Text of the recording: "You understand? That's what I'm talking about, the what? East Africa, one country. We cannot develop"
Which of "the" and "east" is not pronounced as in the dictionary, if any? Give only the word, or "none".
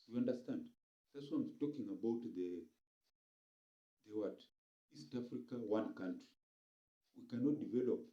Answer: none